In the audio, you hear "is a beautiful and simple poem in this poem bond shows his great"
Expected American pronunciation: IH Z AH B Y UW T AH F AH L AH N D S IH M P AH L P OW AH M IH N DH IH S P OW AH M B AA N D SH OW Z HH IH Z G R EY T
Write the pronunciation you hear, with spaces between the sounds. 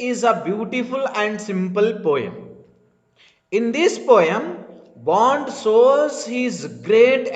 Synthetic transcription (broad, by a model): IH Z AH B Y UW T AH F AH L AH N D S IH M P AH L P OW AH M IH N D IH S P OW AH M B AA N D S OW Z HH IH Z G R EY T